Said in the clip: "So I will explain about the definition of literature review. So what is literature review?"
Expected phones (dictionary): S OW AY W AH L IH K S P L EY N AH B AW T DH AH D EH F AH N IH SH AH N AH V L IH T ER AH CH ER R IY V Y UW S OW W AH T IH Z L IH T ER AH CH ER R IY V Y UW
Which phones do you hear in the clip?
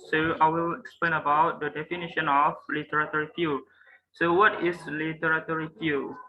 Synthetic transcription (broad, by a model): S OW AY W AH L IH K S P L EY N AH B AW T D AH D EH F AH N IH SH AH N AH F L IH T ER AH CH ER R IY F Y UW S OW W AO T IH S L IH T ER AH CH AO R IY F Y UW